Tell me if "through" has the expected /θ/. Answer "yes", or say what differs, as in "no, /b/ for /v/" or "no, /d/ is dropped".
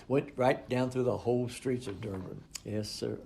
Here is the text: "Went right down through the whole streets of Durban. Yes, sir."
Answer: yes